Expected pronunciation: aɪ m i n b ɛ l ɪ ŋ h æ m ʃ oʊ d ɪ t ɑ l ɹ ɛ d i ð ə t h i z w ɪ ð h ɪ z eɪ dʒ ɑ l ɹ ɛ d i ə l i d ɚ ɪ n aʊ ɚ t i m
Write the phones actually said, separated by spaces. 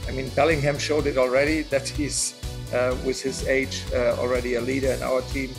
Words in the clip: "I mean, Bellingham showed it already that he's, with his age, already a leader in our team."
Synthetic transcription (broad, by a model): aɪ m i n b ɛ l ɪ ŋ h æ m ʃ oʊ d ɪ t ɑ l ɹ ɛ d i ð ə t h i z w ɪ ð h ɪ z eɪ dʒ ɑ l ɹ ɛ d i ə l i d ɚ ɪ n aʊ ɚ t i m